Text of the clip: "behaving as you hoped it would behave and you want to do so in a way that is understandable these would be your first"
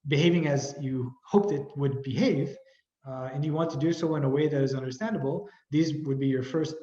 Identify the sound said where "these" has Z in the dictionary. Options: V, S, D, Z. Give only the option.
Z